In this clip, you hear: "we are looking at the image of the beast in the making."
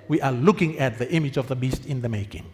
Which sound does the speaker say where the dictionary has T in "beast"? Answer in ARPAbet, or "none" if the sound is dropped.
T